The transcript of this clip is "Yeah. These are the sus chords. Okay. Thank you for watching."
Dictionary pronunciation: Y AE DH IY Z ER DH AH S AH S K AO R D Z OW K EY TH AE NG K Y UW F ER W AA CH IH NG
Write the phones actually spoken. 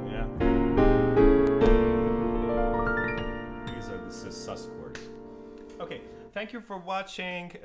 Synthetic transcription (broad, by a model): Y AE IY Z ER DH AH S AH S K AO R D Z OW K EY TH AE NG K Y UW F ER W AA CH IH NG